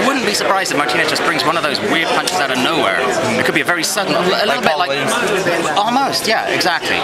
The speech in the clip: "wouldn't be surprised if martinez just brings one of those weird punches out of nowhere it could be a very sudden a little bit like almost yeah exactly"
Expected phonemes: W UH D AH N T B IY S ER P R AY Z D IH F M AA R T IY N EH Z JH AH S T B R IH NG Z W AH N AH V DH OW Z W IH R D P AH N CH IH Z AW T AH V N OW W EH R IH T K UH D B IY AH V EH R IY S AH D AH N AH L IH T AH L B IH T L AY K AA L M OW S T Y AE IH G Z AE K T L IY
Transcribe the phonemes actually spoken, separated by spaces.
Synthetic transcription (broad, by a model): W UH D N B IY S ER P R AY Z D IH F M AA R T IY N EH JH AH S B R IH NG Z W AH N AH V DH OW Z W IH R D P AH N CH IH Z AW T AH N OW W EH R IH T K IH D B IY AH V EH R IY S AH D N AH L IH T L B IH T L AY AA L M OW S T Y AE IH G Z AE K T L IY